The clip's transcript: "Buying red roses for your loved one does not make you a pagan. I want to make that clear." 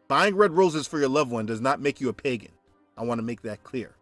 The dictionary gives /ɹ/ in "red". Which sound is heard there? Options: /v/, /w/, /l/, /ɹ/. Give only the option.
/ɹ/